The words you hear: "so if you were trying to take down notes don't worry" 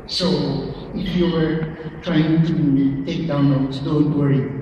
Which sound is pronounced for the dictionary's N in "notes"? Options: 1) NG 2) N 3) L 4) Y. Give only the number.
3